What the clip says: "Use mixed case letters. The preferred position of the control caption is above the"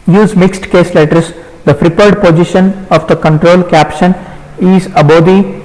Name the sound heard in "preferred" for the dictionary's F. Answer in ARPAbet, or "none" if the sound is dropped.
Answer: P